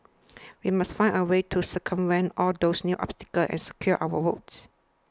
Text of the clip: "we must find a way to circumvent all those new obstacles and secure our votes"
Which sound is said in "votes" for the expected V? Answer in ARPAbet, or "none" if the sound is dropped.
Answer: W